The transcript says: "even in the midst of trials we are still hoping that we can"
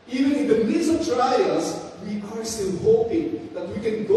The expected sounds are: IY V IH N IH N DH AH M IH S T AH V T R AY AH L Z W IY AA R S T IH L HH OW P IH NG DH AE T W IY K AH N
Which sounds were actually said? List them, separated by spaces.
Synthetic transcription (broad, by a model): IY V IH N IH N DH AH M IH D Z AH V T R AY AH Z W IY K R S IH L HH OW P IH NG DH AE T W IY K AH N